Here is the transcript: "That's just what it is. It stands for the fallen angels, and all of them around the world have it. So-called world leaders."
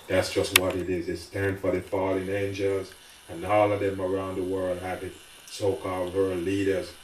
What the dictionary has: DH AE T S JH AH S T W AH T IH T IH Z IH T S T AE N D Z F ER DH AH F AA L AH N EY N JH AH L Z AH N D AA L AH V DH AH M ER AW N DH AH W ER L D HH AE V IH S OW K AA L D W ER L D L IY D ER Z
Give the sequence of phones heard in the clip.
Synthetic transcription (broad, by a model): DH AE T S JH AH S T W AH T IH T IH Z IH T S T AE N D F ER DH AH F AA L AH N EY N JH AH L Z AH N AA L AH DH AH M ER AW N DH AH W ER L D HH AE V IH S OW K AA L D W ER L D L IY D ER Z